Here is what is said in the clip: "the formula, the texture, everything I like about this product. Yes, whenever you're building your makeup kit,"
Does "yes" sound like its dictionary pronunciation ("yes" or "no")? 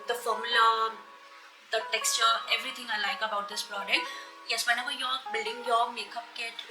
yes